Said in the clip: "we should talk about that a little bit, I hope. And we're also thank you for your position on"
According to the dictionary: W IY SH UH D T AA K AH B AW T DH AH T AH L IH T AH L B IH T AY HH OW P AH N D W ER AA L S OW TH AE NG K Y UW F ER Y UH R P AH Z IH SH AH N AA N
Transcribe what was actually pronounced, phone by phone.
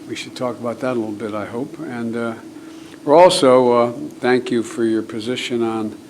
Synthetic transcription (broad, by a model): W IY SH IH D T AA K AH B AW T DH AH T AH L IH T L B IH T AY HH OW P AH N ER AA L S OW TH AE NG K Y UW F ER Y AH R P AH Z IH SH AH N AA N